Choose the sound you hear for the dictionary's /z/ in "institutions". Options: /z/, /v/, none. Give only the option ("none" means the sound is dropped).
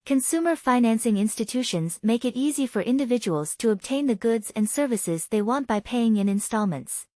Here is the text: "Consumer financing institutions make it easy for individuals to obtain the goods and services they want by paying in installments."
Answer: /z/